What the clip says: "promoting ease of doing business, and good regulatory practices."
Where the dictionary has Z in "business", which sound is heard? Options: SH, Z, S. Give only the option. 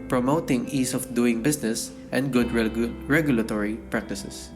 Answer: S